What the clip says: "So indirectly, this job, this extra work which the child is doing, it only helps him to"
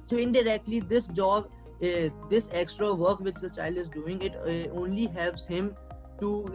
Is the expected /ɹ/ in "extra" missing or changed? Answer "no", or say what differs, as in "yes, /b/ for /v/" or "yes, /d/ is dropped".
no